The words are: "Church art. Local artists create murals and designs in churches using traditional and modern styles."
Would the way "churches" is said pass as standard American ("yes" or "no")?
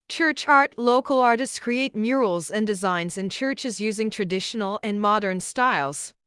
yes